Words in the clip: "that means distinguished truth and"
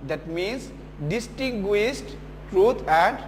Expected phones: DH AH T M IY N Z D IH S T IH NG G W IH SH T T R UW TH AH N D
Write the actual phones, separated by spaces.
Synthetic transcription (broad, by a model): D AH T M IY N S D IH S T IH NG G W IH S T T R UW T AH N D